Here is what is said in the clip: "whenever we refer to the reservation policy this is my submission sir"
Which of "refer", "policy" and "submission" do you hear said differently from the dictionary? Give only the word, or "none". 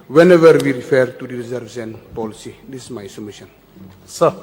submission